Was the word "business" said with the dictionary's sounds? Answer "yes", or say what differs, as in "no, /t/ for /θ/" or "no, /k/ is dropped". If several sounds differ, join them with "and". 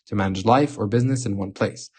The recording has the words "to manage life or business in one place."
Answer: yes